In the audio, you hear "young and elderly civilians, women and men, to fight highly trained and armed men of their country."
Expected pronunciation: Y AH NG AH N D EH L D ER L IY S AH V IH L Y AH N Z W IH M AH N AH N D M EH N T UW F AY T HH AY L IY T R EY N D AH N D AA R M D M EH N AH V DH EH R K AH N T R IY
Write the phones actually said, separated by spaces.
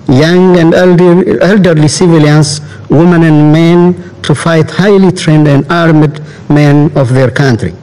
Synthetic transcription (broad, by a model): Y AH NG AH N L EH L D ER L IY S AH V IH L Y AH N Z W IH M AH N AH N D M EH N T UW F AY T HH AY L IY T R EY N D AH N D AA R M D M EH N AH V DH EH R K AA N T R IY